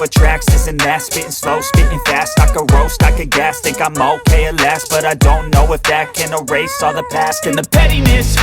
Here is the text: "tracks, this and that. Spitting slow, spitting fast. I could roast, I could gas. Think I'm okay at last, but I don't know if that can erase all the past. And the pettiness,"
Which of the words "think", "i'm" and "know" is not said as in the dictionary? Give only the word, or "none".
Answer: think